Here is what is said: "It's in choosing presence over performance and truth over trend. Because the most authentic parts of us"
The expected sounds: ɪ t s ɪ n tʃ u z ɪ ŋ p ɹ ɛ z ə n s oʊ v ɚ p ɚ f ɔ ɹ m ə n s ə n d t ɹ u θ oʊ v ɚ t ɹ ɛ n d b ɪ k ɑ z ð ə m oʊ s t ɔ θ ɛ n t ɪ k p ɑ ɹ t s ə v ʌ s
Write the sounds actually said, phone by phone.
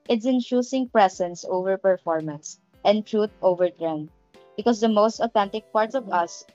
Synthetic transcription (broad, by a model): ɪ t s ɪ n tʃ u s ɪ ŋ p ɹ ɛ s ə n s oʊ v ɚ p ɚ f ɔ ɹ m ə n s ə n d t ɹ u t oʊ v ɚ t ɹ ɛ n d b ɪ k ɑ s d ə m oʊ s t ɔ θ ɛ n t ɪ k p ɑ ɹ t s ə v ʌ s